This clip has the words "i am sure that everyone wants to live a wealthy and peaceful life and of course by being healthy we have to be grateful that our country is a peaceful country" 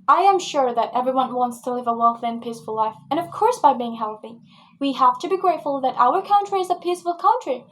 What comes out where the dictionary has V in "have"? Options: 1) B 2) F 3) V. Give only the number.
2